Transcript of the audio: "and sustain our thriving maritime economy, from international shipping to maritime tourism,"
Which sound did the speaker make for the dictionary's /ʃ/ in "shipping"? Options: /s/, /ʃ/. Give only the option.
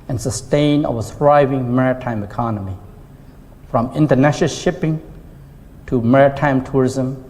/ʃ/